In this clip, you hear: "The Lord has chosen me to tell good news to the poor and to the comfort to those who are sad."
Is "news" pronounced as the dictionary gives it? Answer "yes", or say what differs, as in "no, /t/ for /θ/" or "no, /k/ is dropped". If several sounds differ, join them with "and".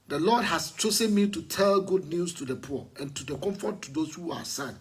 no, /s/ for /z/